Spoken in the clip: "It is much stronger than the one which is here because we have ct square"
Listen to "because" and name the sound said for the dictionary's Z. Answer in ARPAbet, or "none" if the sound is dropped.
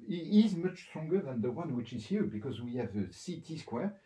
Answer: Z